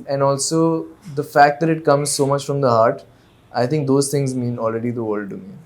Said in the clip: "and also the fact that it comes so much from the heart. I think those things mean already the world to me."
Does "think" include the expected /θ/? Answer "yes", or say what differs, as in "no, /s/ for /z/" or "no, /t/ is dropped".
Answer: no, /t/ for /θ/